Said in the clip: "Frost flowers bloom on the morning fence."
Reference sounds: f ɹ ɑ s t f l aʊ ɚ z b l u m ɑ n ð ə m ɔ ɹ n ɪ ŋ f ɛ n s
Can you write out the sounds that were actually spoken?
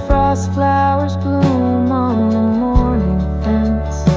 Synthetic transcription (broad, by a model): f ɹ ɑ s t f l aʊ ɚ z b l u m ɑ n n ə m ɔ ɹ n ɪ ŋ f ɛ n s